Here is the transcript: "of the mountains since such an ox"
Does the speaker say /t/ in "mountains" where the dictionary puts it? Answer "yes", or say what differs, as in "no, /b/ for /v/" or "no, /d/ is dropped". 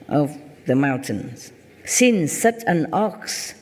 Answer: yes